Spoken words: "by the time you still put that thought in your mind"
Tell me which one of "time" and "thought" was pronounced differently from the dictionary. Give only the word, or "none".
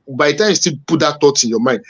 thought